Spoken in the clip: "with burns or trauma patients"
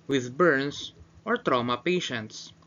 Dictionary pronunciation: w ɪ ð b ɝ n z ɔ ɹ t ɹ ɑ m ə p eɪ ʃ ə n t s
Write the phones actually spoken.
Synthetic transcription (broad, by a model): w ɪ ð b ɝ n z ɔ ɹ t ɹ ɑ m ə p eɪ ʃ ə n t s